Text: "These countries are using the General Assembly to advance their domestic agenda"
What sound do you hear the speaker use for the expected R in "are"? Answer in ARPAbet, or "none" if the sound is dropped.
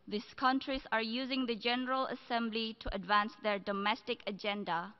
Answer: R